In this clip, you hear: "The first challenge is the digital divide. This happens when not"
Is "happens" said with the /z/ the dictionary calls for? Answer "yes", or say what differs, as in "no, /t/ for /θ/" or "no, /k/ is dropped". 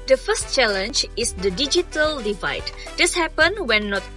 no, /z/ is dropped